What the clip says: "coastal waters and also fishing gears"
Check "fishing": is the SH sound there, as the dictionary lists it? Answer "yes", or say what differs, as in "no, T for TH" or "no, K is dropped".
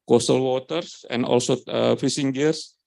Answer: no, S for SH